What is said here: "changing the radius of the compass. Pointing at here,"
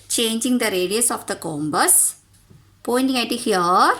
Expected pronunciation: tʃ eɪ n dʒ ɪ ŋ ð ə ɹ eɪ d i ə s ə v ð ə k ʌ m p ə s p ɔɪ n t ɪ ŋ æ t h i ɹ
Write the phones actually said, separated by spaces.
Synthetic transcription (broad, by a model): tʃ eɪ n dʒ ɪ ŋ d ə ɹ eɪ d i ə s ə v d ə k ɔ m b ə s p ɔɪ n t ɪ ŋ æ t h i ɹ